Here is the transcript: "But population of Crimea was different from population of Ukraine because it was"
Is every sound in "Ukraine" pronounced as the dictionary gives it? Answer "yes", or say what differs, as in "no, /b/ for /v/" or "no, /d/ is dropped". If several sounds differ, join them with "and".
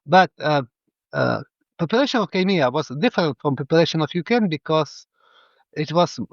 no, /ɹ/ is dropped